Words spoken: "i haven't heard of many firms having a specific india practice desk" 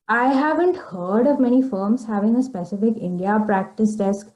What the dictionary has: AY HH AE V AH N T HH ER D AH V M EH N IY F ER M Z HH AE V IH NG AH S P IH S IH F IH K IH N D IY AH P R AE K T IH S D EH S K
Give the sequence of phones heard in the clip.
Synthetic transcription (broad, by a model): AY HH AE V AH N T HH ER D AH V M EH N IY F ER M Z HH AE V IH NG AH S P IH S IH F IH K IH N D IY AH P R AE K T IH S D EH S K